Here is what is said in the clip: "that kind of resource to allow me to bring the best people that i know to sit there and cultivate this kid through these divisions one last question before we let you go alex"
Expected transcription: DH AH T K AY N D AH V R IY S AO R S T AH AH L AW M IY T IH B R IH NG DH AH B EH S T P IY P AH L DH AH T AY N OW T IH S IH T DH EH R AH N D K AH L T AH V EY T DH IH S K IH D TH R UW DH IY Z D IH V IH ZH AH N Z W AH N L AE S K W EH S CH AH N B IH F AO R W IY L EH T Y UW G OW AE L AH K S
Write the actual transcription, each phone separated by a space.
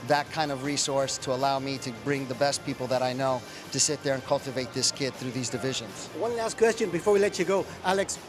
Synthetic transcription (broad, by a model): DH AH T K AY N D AH V R IY S AO R S T AH AH L AW M IY T IH B R IH NG DH AH B EH S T P IY P L DH AH T AY N OW T IH S IH T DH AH R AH N K AH L T AH V EY T DH IH S K IH D TH R UW DH IY Z D IH V IH ZH AH N Z W AH N L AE S K W EH S CH AH N B IH F AO R W IY L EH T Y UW G OW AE L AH K S